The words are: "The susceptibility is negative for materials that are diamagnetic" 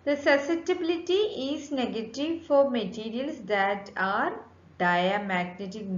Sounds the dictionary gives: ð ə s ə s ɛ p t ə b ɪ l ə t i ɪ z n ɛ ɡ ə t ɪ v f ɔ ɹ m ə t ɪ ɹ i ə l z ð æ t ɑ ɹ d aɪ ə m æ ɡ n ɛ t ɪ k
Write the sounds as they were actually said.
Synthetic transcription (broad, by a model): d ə s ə s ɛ t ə b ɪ l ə t i ɪ z n ɛ ɡ ə t ɪ v f ɔ ɹ m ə t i ɹ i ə l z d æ t ɑ ɹ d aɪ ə m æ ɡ n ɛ t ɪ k